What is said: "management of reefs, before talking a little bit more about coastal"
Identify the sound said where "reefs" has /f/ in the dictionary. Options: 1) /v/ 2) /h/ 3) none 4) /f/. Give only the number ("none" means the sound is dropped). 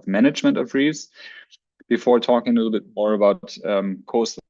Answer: 3